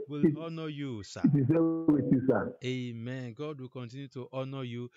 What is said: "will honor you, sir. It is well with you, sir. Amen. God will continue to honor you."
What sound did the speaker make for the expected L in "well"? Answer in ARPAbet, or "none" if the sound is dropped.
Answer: W